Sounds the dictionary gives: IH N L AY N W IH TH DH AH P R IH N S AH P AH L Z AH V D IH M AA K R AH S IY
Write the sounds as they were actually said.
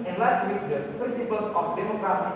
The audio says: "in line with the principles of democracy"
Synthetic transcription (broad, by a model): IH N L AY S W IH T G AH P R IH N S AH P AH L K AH P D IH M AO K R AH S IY